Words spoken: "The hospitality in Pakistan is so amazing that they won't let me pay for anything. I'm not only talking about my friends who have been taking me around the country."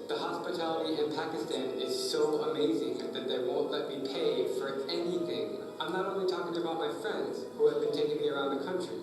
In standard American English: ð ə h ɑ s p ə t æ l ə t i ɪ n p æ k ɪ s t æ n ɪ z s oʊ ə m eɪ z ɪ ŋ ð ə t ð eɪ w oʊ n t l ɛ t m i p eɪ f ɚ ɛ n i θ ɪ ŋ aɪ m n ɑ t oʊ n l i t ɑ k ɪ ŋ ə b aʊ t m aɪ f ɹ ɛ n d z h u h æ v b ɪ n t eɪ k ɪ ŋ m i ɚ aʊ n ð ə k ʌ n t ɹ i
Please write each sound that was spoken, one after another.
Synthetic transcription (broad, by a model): ð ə h ɑ s p ə t æ l ə t i ɪ n p æ k ɪ s t æ n ɪ z s oʊ ə m eɪ z ɪ ŋ ð ə t ð eɪ w oʊ n t l ɛ t m i p eɪ f ɚ ɛ n i θ ɪ ŋ aɪ m n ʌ t oʊ n l i t ɑ k ɪ ŋ ə b aʊ t m aɪ f ɹ ɛ n d z h u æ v b ɪ n t eɪ k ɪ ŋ m i ɚ aʊ n ð ə k ʌ n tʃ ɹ i